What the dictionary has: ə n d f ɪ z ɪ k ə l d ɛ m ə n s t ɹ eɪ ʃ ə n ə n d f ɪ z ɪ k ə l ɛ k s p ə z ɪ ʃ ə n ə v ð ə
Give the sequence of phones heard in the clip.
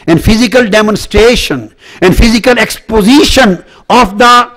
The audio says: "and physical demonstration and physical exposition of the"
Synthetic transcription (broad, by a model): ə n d f ɪ z ɪ k ə l d ɛ m ə n s t ɹ eɪ ʃ ə n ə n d f ɪ z ɪ k ə l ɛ k s p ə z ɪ ʃ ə n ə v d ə